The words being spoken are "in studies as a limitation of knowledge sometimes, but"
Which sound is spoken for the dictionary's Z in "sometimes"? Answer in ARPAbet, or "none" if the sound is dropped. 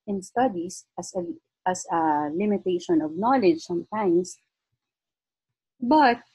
S